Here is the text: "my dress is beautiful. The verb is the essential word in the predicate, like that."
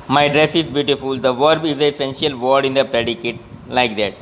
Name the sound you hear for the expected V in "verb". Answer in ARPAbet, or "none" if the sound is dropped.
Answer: V